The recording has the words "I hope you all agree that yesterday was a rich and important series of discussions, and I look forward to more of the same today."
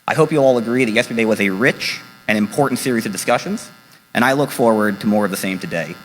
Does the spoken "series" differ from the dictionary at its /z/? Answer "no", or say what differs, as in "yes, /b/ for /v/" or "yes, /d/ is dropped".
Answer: no